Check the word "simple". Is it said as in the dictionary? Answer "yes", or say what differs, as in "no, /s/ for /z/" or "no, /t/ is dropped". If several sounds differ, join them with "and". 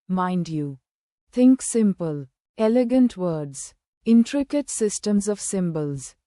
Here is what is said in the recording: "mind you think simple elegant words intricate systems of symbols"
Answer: yes